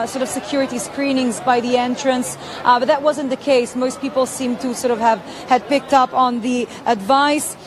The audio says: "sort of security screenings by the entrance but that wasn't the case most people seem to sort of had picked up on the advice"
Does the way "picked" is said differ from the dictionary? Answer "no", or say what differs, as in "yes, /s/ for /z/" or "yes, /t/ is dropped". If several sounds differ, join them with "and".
no